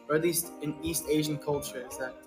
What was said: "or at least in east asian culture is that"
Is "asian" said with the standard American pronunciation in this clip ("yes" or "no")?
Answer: yes